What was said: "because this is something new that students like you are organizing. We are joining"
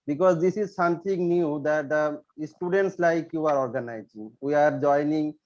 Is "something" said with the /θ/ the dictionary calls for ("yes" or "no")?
no